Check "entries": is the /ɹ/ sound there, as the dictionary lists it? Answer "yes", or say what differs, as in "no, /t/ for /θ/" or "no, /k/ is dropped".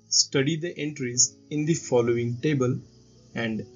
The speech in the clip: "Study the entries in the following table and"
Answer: yes